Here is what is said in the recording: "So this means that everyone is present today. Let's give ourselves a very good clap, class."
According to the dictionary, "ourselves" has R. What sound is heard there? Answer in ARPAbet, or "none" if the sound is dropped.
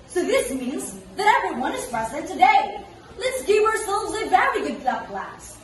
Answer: R